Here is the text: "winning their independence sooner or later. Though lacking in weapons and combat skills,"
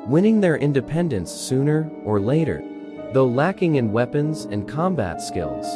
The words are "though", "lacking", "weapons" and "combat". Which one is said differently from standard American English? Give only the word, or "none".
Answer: none